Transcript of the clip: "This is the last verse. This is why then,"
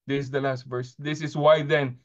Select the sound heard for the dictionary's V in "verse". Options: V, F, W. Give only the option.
V